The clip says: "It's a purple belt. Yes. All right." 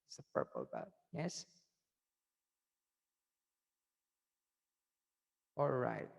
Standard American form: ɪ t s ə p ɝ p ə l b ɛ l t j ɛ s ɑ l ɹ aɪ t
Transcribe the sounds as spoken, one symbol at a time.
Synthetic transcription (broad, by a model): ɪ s ə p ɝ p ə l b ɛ t j ɛ s ɑ l ɹ aɪ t